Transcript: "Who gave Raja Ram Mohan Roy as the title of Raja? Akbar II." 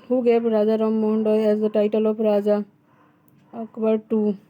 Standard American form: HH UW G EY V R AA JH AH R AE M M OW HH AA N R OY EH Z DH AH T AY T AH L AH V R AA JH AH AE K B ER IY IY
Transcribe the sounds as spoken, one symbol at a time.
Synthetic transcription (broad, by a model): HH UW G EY P R AA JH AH R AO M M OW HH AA N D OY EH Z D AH T AY T AH L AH P R AA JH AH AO K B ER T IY